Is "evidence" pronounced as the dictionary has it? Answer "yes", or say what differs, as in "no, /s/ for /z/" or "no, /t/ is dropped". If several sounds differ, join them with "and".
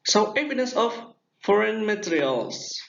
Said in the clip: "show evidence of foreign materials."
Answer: no, /n/ is dropped